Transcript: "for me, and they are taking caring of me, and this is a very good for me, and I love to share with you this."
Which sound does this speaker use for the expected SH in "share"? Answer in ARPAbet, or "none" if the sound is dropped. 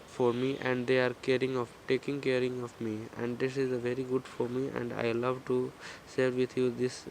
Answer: S